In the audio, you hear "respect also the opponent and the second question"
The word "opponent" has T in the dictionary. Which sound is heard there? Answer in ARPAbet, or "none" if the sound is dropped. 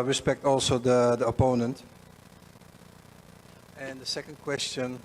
T